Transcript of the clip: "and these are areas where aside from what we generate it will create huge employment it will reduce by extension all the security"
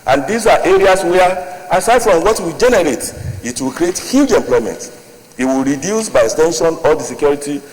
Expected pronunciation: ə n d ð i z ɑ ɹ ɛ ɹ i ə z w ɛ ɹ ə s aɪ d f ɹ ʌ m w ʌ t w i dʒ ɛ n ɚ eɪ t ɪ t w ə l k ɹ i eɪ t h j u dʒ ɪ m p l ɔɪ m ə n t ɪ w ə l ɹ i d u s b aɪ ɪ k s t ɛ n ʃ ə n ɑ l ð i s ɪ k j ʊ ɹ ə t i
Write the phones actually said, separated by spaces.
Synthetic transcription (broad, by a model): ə n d i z ɑ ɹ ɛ ɹ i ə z w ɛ ə s aɪ d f ɹ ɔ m w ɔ t w i dʒ ɛ n ɚ eɪ t ɪ t w ə l k ɹ i eɪ t h j u dʒ ɪ m p l ɔɪ m ə n t ɪ w ə l ɹ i d u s b aɪ ɪ k s t ɛ n ʃ ə n ɑ l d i s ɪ k j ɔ ɹ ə t i